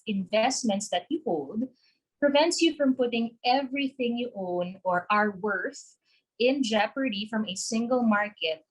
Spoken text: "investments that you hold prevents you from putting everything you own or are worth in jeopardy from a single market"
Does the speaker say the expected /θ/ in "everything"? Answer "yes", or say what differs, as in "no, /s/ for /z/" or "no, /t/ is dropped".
yes